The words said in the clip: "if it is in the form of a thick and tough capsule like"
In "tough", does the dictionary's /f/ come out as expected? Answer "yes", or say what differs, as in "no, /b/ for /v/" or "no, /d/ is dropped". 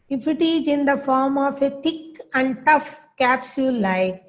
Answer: yes